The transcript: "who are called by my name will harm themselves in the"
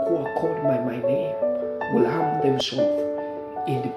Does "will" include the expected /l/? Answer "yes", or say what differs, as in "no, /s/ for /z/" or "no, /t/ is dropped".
yes